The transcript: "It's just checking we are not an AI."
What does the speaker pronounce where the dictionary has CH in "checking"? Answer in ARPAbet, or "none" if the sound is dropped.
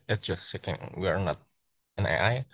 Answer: S